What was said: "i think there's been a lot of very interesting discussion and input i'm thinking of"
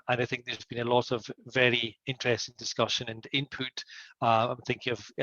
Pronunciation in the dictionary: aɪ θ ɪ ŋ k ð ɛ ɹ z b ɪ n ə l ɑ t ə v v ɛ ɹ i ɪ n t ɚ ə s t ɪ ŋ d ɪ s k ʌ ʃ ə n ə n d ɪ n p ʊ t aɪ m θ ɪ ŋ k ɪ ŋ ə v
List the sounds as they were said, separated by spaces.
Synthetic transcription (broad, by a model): aɪ θ ɪ ŋ k ð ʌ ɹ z b ɪ n ə l ɑ t ə v v ɛ ɹ i ɪ n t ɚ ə s t ɪ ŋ d ɪ s k ʌ ʃ ə n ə n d ɪ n p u t aɪ m θ ɪ ŋ k ɪ ŋ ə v